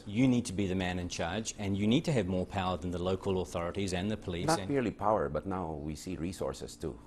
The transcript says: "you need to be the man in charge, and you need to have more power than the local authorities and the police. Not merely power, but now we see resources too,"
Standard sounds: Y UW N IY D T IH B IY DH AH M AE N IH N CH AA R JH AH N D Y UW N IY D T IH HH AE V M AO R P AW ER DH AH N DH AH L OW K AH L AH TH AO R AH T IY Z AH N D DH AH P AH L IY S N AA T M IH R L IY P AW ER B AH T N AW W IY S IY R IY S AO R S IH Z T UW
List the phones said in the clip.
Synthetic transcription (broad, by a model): Y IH N IY D T IH B IY DH AH M AE N IH N CH AA R JH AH N Y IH N IY D T IH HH V M AO R P AW ER DH AH N DH AH L OW K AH L AH TH AO R AH T IY Z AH N DH AH P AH L IY N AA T M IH R L IY P AW ER B AH T N AW W IY S IY R IY S AO R S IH S T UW